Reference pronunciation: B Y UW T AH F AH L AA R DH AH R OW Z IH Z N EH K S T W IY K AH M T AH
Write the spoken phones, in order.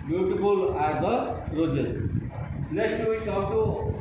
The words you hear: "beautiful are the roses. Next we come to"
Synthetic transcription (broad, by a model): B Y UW T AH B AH L AA R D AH R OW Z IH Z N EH S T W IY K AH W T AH